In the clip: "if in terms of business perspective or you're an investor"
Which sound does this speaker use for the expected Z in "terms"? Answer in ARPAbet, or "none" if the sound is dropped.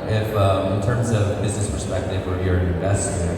Z